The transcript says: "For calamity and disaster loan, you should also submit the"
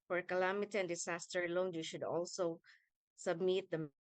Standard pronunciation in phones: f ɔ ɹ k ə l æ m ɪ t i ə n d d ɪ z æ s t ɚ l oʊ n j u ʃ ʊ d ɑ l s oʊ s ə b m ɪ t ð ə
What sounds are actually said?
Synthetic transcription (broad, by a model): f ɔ ɹ k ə l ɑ m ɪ t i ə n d d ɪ s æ s t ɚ l oʊ n j u ʃ ʊ d ɑ l s oʊ s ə b m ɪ t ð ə